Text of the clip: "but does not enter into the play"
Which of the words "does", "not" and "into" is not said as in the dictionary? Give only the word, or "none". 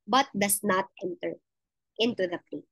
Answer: does